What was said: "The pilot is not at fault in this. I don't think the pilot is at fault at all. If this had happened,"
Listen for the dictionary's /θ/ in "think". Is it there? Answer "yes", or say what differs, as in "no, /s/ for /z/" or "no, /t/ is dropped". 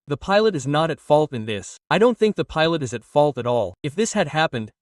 yes